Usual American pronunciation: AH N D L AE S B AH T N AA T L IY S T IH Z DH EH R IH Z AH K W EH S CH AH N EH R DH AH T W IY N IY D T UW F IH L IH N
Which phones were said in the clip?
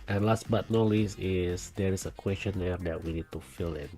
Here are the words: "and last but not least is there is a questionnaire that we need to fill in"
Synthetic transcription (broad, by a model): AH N L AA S B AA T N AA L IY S IH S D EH R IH S AH K W EH S CH AH N EH R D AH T W IY N IY D T UW F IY L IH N